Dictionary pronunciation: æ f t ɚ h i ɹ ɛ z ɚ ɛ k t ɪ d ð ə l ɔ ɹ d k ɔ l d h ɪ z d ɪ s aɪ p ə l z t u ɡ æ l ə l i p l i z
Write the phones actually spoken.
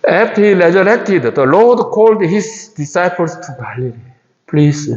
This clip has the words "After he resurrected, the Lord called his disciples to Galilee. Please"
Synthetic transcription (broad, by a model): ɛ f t h i l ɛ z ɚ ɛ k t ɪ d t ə l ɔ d k ɔ l d h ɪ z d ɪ s aɪ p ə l s t u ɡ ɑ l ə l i p l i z